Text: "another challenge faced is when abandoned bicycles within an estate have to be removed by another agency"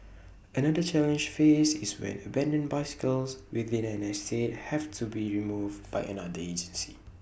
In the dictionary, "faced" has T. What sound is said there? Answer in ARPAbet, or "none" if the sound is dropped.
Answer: none